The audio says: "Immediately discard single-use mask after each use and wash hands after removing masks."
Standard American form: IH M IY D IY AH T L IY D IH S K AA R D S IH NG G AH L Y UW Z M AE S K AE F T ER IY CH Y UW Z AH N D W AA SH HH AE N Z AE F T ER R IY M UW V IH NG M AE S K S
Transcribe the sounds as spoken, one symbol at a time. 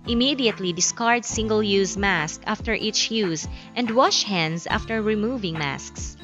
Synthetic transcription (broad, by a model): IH M IY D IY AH T L IY D IH S K AA R D S IH NG G AH L Y UW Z M AE S K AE F T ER IY CH Y UW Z AH N D W AA SH HH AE N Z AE F T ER R IY M UW V IH NG M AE S K S